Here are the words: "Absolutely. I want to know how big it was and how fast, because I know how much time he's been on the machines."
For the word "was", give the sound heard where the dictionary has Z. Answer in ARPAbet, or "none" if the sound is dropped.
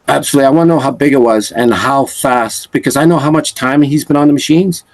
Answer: Z